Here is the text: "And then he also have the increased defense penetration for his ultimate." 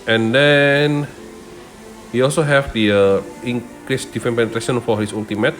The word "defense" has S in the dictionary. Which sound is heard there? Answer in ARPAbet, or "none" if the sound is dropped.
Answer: none